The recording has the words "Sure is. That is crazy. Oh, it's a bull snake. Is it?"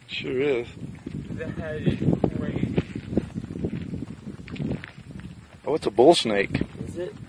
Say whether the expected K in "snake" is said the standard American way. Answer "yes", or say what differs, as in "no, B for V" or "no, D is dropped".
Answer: no, K is dropped